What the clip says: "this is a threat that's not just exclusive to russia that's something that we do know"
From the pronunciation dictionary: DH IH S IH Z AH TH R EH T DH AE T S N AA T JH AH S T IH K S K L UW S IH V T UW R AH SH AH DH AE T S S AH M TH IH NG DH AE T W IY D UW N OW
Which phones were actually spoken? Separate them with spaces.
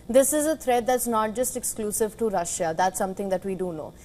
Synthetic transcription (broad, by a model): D IH S IH Z AH T R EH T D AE T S N AA T JH AH S T IH K S K L UW S IH V T UW R AH SH AH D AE T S S AH M T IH NG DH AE T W IY D UW N OW